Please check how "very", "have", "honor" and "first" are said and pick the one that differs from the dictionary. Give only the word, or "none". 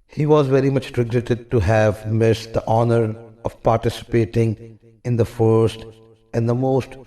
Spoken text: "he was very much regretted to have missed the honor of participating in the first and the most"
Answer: none